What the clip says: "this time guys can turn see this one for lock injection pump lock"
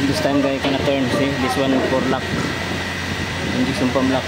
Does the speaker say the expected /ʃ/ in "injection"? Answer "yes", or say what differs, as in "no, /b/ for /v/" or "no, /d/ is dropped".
no, /s/ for /ʃ/